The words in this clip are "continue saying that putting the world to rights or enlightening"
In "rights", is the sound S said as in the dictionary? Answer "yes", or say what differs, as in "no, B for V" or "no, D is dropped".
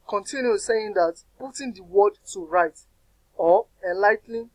no, S is dropped